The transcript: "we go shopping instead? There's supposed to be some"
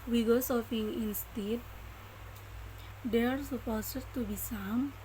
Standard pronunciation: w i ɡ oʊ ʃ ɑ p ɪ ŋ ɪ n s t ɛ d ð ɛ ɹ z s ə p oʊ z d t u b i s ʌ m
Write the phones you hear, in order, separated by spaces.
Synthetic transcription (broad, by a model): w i ɡ oʊ s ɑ f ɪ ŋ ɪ n s t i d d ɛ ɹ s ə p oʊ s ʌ t u b i s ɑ m